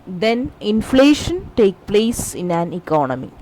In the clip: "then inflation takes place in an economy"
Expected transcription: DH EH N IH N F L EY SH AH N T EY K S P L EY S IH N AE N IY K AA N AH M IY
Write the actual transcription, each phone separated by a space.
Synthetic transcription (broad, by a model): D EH N IH N F L EY SH AH N T EY K P L EY S IH N AE N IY K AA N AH M IY